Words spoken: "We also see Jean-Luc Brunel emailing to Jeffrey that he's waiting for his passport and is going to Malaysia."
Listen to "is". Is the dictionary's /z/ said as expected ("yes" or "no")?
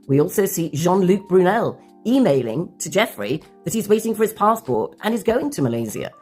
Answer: yes